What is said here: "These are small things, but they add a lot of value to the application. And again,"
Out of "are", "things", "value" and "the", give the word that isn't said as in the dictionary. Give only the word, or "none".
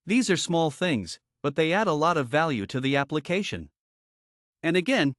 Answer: none